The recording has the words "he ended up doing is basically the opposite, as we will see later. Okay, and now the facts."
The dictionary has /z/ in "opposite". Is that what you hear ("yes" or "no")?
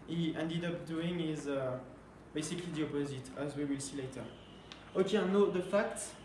yes